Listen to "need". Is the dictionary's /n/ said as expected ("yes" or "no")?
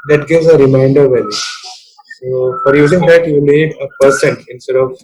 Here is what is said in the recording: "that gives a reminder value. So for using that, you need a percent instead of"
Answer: no